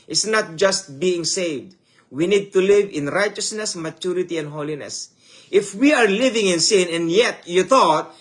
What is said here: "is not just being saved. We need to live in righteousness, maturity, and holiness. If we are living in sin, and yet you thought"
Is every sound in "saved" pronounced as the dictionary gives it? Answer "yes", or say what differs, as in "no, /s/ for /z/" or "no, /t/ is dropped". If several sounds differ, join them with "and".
yes